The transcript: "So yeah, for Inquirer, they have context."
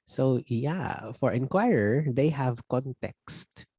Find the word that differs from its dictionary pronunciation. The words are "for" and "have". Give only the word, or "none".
none